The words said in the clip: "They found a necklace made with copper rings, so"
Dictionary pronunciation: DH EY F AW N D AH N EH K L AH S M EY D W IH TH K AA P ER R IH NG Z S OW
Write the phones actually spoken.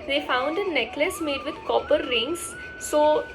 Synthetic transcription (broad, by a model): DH EY F AW N D AH N EH K L AH S M EY D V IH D K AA P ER R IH NG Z S OW